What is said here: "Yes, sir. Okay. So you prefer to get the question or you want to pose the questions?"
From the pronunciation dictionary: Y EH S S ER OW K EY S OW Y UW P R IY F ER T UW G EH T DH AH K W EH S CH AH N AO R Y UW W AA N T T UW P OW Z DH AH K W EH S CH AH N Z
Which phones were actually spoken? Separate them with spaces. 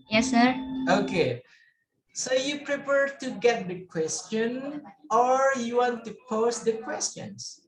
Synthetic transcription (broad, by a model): Y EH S S ER OW K EY S OW Y UW P R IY P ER T UW G EH T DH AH K W EH S CH AH N AO R Y UW W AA N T T UW P OW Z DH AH K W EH S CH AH N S